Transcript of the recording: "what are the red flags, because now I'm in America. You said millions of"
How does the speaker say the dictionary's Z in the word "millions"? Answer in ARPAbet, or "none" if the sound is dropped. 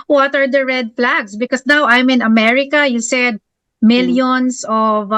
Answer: S